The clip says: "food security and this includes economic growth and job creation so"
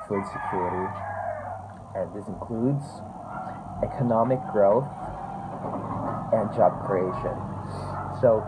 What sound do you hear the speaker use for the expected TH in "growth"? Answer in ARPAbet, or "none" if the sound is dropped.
TH